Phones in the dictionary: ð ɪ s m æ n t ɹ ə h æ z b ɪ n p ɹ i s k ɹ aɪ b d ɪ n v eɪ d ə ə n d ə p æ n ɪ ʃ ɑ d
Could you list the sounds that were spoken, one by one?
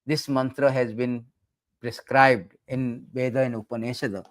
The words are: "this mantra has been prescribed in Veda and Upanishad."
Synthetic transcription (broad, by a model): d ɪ s m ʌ n t ɹ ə h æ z b ɪ n p ɹ i s k ɹ aɪ b d ɪ n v eɪ d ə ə n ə p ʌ n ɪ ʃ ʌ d